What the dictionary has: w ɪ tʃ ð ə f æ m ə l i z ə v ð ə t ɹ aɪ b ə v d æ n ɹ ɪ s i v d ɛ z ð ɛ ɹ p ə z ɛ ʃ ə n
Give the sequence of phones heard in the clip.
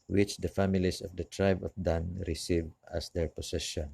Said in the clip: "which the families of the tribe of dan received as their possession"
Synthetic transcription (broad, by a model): w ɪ tʃ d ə f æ m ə l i s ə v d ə t ɹ aɪ b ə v d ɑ n ɹ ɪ s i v ɑ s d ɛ ɹ p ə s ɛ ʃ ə n